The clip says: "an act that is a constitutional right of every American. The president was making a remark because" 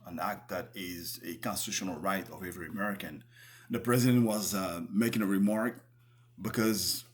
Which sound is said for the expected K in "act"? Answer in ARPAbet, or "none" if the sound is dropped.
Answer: K